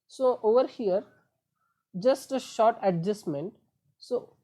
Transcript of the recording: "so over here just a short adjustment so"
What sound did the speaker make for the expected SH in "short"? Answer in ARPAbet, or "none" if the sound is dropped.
SH